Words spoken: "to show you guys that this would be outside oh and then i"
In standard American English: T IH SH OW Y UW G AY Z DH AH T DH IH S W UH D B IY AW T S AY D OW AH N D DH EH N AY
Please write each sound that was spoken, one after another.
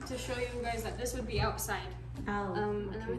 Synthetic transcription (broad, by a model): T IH SH OW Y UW G AY Z DH AH T DH IH S W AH D B IY AW T S AY D OW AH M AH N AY